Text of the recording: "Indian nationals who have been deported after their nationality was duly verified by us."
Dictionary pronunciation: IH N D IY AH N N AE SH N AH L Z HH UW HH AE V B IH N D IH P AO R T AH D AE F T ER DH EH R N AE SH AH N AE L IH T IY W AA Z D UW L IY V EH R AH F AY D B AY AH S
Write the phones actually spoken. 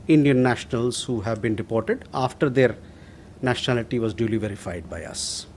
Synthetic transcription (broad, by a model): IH N D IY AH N N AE SH N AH L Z HH UW HH AE V B IH N D IH P AO R T AH D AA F T ER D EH R N AE SH AH N AE L IH T IY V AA Z D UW L IY V EH R AH F AY D B AY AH S